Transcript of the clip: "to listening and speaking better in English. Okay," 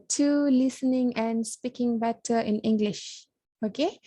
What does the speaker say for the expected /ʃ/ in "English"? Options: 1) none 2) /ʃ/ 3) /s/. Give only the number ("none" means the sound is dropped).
2